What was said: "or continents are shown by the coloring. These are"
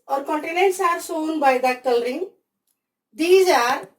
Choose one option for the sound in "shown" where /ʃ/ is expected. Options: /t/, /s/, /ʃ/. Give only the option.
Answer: /s/